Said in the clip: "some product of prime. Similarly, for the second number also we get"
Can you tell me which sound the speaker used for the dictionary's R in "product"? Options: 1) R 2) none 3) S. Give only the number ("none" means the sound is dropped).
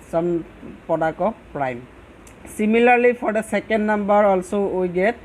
2